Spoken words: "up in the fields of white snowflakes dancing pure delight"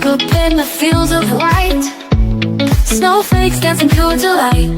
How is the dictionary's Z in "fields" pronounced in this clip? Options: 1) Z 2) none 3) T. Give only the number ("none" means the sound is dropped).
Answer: 1